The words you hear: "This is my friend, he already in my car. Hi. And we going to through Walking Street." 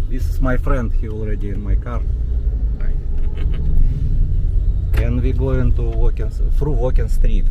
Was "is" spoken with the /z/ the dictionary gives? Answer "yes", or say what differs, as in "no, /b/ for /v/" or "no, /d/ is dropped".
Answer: no, /s/ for /z/